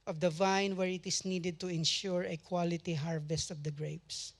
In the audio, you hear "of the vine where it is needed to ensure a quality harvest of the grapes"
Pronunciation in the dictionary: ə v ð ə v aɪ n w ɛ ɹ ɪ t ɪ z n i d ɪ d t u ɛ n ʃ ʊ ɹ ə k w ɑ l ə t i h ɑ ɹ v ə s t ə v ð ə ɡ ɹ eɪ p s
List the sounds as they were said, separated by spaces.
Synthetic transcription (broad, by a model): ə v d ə v aɪ n w ɛ ɹ ɪ t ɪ s n i d ɪ d t u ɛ n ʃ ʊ ɹ ə k w ɑ l ə t i h ɑ ɹ v ə s t ə v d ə ɡ ɹ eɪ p s